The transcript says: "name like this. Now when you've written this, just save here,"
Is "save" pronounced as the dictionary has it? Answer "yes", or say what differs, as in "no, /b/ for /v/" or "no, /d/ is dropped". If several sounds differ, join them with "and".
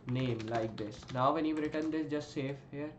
no, /f/ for /v/